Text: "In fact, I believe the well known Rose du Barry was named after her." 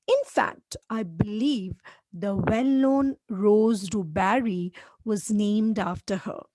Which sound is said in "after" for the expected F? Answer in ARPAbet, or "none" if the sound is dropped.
F